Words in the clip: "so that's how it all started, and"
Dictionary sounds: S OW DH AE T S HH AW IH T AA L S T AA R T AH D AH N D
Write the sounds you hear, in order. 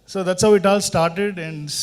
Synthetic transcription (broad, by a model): S OW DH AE T S HH AW IH T AA L S T AA R T AH D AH N D